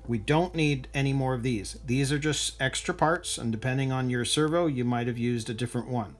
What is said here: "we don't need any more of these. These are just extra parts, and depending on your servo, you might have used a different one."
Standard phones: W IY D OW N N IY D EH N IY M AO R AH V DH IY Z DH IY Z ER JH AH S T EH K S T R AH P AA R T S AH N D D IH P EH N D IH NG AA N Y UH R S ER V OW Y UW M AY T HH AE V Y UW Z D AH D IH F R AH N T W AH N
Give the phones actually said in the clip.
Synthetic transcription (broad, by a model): W IY D OW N N IY D EH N IY M AO R AH V DH IY Z DH IY Z ER JH AH S T EH K S T R AH P AA R T S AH N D D IH P EH N D IH NG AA N Y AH R S ER V OW Y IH M AY T HH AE V Y UW Z D AH D IH F R AH N T W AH N